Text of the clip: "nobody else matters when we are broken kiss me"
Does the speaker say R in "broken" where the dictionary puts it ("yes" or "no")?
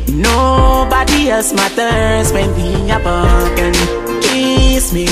no